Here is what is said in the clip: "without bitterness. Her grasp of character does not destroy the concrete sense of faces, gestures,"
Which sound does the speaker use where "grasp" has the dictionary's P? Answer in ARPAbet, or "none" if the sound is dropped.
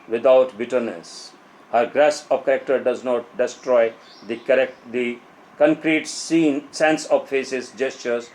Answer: none